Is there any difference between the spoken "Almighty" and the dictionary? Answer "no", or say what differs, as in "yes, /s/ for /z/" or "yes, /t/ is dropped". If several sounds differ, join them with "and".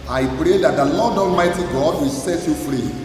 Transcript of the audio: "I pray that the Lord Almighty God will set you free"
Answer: no